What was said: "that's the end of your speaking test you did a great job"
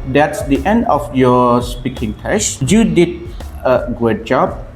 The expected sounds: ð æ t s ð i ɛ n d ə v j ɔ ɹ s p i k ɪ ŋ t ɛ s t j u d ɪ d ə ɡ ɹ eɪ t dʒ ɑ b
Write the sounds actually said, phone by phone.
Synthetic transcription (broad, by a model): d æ t s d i ɛ n d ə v j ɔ s p i k ɪ ŋ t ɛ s j u d ɪ d ə ɡ eɪ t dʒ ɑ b